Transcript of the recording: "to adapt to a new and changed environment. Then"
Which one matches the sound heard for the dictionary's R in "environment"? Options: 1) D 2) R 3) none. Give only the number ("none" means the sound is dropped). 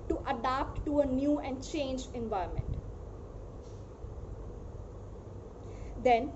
3